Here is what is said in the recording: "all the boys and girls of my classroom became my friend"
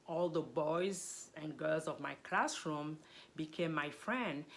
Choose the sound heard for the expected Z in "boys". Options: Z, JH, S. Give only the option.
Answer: Z